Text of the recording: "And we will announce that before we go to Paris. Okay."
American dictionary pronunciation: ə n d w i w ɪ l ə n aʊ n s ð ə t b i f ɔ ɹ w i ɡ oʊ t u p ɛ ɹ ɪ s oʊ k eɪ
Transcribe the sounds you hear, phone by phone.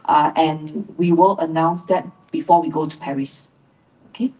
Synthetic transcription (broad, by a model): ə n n w i w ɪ l ə n aʊ n s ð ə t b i f ɔ w i ɡ oʊ t u p ɛ ɹ ɪ s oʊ k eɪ